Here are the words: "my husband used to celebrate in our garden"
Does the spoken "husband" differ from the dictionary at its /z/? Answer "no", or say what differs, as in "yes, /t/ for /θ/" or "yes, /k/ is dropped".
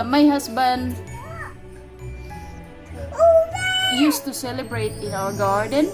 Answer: yes, /s/ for /z/